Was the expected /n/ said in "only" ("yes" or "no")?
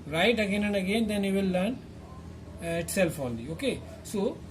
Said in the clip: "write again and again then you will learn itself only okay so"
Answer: no